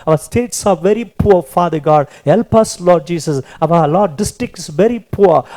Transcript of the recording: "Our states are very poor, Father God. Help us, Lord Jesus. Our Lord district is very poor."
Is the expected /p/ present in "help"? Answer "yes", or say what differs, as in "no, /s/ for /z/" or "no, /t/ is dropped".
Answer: yes